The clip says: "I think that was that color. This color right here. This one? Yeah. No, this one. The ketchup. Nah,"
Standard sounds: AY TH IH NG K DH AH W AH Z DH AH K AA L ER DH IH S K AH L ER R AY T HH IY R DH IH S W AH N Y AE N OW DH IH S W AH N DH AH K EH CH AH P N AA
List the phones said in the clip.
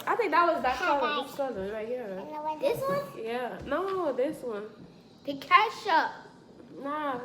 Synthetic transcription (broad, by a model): AY TH IH NG K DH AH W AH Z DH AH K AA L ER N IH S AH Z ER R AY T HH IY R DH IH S W AH N Y AE N OW DH IH S W AH N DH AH K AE SH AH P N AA